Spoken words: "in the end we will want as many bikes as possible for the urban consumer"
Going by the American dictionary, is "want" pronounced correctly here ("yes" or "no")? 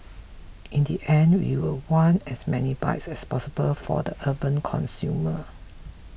no